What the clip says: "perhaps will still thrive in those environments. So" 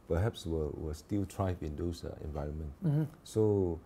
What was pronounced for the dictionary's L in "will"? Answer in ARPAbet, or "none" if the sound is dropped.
W